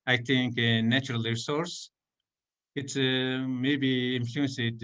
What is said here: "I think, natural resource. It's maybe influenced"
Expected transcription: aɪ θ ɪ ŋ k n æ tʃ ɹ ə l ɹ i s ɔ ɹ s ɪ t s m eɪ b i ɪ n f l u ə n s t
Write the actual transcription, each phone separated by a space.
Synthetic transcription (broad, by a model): aɪ t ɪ ŋ k n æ tʃ ɹ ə l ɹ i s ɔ ɹ s ɪ t s m eɪ b i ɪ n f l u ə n s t